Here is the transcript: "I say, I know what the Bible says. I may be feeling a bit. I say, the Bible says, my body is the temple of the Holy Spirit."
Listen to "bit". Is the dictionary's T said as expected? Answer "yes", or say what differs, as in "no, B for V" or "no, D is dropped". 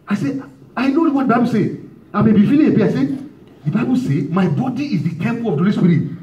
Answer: no, T is dropped